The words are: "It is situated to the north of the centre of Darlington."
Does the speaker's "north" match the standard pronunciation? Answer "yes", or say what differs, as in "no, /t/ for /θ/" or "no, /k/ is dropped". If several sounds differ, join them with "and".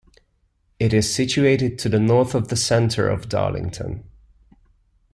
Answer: yes